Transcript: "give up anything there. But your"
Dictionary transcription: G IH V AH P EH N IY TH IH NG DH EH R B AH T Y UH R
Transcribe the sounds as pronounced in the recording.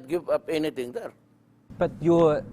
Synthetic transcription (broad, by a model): G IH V AH P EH N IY T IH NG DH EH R B AH T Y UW